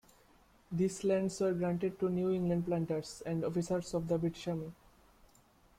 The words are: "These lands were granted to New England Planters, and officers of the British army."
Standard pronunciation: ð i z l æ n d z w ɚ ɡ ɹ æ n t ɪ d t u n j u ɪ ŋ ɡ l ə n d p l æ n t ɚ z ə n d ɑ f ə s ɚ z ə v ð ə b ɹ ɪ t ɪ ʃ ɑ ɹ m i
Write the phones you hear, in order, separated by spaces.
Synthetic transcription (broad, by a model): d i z l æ n d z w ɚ ɡ ɹ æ n t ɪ d t u n j u ɪ ŋ ɡ l ə n d p l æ n t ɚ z ə n d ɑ f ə s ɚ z ə v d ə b ɪ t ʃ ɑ m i